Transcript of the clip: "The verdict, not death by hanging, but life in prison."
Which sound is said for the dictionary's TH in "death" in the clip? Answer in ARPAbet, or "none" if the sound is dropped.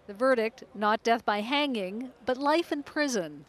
TH